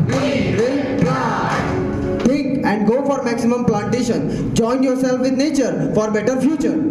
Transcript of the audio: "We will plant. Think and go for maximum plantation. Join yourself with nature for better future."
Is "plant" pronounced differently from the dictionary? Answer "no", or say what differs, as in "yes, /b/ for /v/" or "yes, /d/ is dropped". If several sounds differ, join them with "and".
yes, /n/ is dropped